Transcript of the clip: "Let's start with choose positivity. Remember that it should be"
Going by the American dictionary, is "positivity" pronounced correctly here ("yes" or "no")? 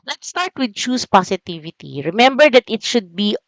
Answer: no